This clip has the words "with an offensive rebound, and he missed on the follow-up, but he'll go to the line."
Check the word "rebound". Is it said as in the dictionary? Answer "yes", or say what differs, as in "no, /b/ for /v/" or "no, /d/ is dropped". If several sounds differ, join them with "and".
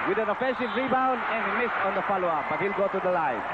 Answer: yes